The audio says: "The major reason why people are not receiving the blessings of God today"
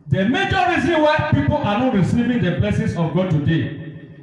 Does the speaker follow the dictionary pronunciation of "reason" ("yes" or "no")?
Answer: yes